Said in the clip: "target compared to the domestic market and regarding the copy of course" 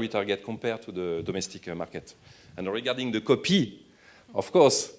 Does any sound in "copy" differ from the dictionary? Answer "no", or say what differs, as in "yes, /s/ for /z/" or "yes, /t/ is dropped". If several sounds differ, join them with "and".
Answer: no